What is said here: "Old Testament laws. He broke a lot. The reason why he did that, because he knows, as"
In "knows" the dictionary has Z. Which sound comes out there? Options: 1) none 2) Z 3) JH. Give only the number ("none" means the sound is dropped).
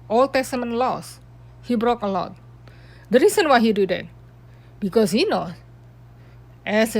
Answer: 1